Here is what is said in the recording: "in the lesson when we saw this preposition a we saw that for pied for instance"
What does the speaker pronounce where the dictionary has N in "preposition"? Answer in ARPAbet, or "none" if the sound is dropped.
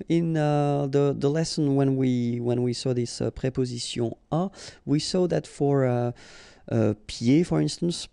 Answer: none